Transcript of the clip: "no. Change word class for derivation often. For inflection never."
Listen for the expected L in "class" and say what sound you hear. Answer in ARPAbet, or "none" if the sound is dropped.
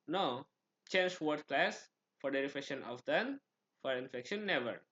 L